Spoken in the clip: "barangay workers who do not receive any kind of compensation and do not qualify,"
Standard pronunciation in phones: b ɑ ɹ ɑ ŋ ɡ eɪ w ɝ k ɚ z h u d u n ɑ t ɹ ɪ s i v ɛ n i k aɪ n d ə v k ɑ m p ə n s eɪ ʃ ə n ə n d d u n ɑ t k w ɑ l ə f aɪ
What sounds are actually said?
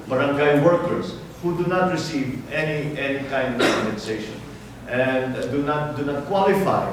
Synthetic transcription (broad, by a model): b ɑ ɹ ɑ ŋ ɡ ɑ w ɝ k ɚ s h u d u n ɑ t ɹ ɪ s i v ɛ n i k aɪ n d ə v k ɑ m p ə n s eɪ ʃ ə n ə n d d u n ɑ t k w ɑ l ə f aɪ